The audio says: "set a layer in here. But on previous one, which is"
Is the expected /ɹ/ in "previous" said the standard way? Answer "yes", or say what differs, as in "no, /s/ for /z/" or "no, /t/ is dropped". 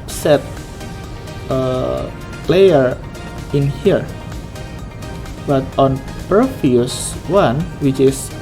no, /ɹ/ is dropped